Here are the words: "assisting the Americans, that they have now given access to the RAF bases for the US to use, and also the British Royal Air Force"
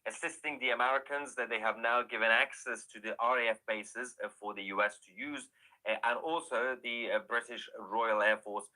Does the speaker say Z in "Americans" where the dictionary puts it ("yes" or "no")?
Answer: yes